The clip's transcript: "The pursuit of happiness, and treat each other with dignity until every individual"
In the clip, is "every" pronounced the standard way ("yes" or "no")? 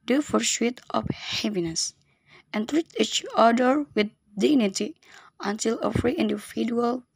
no